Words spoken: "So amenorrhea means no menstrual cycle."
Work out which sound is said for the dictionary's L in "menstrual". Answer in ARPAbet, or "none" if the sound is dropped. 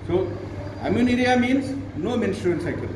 N